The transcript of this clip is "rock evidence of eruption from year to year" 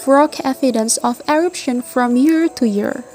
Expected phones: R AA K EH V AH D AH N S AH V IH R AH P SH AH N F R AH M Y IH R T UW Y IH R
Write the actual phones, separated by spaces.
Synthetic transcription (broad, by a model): R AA K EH F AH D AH N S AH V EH R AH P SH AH N F R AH M Y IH R T UW Y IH R